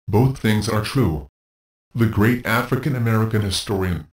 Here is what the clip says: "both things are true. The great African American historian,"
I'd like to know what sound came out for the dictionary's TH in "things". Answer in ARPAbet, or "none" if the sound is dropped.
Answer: TH